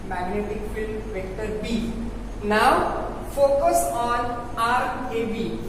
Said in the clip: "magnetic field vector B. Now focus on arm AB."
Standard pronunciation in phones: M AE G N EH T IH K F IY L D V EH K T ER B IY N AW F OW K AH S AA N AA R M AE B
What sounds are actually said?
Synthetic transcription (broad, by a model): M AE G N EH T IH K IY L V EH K T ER B IY N AW F OW K AH S AA N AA R EH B